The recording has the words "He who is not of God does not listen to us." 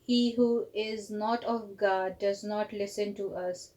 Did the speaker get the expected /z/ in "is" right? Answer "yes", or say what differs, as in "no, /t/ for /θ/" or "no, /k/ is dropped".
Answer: yes